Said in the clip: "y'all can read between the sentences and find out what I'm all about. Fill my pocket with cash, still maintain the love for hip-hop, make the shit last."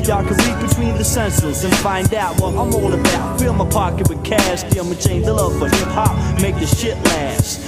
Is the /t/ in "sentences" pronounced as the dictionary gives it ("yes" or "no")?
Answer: no